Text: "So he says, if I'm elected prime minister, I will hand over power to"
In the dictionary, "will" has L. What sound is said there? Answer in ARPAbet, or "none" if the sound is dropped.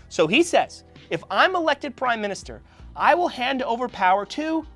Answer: L